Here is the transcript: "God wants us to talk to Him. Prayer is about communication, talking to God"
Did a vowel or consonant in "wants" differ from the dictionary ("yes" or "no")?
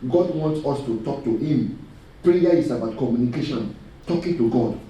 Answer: no